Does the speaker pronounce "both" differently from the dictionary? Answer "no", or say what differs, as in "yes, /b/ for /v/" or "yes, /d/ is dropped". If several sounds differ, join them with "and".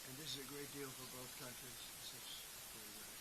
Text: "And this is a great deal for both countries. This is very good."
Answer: no